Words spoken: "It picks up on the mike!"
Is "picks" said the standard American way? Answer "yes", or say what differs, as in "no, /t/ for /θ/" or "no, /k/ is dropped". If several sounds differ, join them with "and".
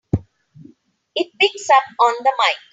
no, /b/ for /p/